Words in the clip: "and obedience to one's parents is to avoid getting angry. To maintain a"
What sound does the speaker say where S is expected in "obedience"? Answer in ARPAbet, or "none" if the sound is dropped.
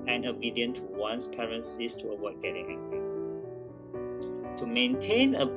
none